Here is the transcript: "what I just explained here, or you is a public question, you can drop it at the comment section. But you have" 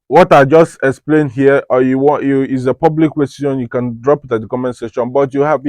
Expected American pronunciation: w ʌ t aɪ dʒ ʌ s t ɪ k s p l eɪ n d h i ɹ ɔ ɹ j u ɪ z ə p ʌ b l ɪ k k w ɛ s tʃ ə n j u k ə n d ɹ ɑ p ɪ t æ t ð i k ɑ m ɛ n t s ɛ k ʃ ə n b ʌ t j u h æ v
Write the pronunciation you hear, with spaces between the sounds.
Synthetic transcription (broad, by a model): w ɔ t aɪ dʒ ʌ s t ɪ k s p l eɪ n d h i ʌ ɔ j j u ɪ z ə p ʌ b l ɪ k k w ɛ s ʃ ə n j u k ə n d ɹ ɑ p ɪ t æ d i k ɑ m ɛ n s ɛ ʃ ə n b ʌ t j u h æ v